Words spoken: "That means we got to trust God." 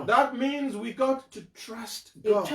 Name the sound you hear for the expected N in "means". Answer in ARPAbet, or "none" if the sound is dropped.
N